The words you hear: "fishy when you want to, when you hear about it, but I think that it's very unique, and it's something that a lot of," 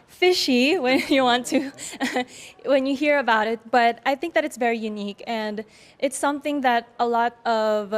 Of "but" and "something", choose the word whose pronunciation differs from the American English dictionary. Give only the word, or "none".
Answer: none